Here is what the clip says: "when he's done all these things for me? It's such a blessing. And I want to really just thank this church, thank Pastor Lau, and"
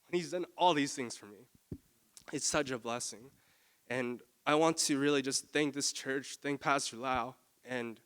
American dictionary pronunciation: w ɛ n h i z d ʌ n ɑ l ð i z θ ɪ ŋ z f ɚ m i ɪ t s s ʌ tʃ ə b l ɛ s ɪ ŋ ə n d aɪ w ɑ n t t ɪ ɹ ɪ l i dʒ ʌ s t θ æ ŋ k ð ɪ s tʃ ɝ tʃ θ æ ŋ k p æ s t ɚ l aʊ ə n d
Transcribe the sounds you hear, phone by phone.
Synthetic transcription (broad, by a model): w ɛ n h i z d ʌ n ɑ l ð i z θ ɪ ŋ z f ɚ m i ɪ t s s ʌ tʃ ə b l ɛ s ɪ ŋ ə n aɪ w ɑ n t t ɪ ɹ ɪ l i dʒ ʌ s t θ æ ŋ k ð ɪ s tʃ ɝ tʃ θ æ ŋ k p æ s t ɚ l aʊ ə n